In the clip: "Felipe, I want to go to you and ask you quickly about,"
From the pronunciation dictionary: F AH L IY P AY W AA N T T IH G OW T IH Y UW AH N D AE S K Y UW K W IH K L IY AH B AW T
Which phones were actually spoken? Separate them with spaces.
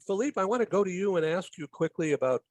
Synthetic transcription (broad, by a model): F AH L IY P AY W AA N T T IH G OW T IH Y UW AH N AE S K Y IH K W IH K L IY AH B AW T